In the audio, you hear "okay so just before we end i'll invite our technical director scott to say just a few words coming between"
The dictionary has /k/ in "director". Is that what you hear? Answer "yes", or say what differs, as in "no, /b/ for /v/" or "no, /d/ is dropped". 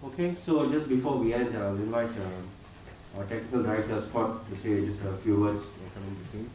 no, /k/ is dropped